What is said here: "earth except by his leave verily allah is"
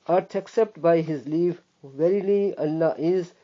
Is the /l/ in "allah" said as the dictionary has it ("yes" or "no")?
no